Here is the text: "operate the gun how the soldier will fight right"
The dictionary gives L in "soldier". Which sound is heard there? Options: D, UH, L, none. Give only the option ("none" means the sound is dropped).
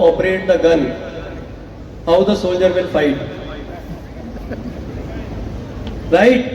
L